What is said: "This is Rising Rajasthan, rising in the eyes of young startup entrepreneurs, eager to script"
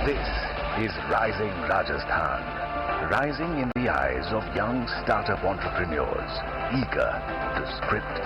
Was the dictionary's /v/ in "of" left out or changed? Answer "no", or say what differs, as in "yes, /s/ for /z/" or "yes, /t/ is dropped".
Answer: no